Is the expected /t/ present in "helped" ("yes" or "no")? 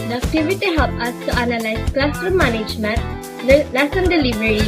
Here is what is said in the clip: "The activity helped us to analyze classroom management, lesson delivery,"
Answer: no